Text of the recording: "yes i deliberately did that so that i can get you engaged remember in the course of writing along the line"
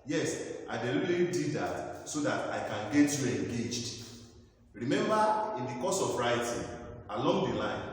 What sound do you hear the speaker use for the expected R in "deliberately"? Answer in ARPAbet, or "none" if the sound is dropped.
none